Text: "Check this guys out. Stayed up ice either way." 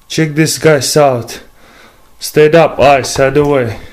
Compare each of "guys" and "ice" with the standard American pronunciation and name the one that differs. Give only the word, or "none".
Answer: guys